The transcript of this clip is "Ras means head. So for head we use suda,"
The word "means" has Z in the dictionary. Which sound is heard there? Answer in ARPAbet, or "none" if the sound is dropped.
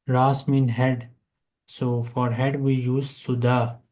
none